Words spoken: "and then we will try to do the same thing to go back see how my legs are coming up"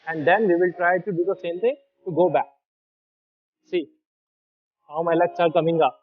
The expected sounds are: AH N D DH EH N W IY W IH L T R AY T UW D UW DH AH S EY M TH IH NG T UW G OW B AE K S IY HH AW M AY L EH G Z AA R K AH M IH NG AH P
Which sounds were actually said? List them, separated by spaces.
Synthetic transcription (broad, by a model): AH N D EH N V IY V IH L T R AY T UW D UW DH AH S EY M T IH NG T UW G OW B AE K S IY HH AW M AY L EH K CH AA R K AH M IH NG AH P